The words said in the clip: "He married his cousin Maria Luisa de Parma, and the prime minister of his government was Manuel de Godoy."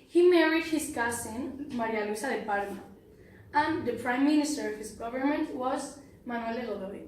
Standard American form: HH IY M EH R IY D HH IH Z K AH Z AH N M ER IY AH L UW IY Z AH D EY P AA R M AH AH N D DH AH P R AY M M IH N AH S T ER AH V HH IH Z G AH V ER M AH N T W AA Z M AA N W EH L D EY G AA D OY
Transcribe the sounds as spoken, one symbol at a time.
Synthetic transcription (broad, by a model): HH IY M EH R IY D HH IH S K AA S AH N M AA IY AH L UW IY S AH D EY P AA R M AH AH N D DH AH P R AY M M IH N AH S T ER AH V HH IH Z G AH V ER M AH N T W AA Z M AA N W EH L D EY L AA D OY